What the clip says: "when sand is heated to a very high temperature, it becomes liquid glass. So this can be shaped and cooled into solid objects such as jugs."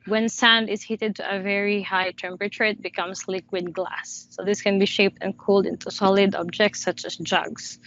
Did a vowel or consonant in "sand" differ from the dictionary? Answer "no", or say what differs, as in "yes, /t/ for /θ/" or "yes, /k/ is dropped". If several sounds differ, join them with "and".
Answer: no